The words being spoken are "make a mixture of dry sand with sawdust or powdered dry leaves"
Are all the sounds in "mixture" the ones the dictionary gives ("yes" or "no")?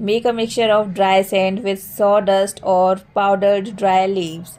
yes